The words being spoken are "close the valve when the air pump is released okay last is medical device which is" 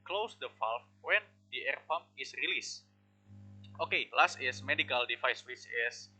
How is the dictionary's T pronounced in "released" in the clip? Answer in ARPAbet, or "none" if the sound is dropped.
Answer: T